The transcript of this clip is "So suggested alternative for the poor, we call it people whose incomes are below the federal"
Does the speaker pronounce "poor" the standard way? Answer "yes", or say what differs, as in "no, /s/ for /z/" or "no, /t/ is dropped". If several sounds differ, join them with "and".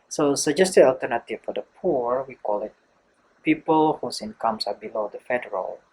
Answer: yes